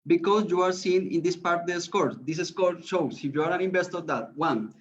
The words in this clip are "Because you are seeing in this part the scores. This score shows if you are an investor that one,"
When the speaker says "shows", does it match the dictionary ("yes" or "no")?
no